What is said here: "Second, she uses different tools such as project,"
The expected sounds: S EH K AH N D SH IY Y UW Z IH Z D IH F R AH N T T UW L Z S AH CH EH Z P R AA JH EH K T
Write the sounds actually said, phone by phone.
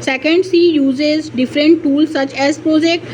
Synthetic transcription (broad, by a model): S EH K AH N D S IY Y UW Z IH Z D IH F R AH N T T UW L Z S AH CH EH Z P R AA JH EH K T